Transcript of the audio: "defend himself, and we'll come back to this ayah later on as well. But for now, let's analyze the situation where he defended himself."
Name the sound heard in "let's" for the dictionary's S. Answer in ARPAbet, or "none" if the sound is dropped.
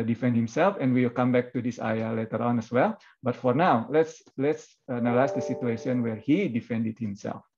S